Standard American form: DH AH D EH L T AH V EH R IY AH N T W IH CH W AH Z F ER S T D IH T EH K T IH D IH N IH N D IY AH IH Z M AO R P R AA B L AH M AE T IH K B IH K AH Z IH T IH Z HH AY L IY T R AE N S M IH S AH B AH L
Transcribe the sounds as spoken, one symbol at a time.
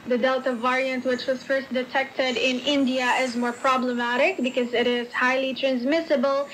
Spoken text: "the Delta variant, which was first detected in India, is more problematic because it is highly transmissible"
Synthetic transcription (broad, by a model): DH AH D EH L T AH V EH R IY AH N T W IH CH W AH Z F ER S T D IH T EH K T IH D IH N IH N D IY AH IH Z M AO R P R AA B L AH M AE T IH K B IH K AH Z IH T IH Z HH AY L IY T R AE N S M IH S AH B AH L